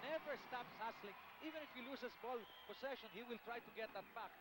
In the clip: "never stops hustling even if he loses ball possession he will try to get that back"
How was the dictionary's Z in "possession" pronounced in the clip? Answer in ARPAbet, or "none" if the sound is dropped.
S